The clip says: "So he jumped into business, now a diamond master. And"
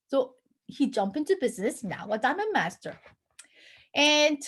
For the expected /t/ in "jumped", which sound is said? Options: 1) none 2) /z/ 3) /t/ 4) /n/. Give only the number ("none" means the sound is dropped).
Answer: 1